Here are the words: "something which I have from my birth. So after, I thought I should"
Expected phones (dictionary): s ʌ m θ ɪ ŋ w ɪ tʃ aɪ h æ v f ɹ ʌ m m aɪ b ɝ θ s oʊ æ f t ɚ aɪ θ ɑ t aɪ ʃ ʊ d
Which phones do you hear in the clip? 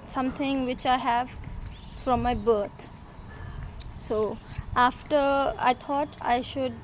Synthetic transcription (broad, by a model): s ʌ m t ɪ ŋ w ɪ tʃ aɪ h æ v f ɹ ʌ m m aɪ b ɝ t s oʊ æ f t ɚ aɪ t ɑ t aɪ ʃ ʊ d